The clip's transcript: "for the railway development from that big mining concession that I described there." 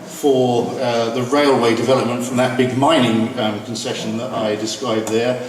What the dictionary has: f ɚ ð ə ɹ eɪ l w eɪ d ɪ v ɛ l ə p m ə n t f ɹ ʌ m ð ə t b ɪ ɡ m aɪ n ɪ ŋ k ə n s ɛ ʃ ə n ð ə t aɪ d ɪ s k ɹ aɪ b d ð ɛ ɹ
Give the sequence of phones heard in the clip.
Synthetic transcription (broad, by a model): f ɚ ð ə ɹ eɪ l w eɪ d ɪ v ɛ l ə p m ə n t f ɹ ʌ m ð ə t b ɪ ɡ m aɪ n ɪ ŋ k ə n s ɛ ʃ ə n ð ə t aɪ d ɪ s k ɹ aɪ b ð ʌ ɹ